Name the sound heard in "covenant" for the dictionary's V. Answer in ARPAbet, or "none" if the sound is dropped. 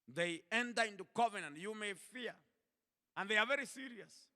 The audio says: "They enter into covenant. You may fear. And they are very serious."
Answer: V